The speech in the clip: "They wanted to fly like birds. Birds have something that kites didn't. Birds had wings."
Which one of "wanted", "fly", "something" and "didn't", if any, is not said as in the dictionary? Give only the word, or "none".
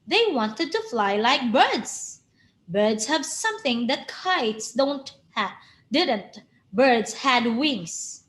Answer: none